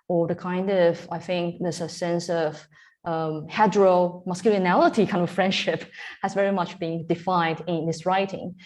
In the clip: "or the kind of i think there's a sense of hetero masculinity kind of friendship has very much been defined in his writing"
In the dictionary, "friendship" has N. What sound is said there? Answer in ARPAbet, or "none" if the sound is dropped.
N